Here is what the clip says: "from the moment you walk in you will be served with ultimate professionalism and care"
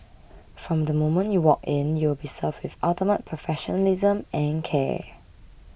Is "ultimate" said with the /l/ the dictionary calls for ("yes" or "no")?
no